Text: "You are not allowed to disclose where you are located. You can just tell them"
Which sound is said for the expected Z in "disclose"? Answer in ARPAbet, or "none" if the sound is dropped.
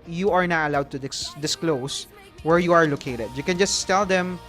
S